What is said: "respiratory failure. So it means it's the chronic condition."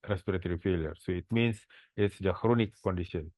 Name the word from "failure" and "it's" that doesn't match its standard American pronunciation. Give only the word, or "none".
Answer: none